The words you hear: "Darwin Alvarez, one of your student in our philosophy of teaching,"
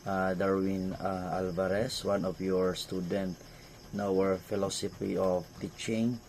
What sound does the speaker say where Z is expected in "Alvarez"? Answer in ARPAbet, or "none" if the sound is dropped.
S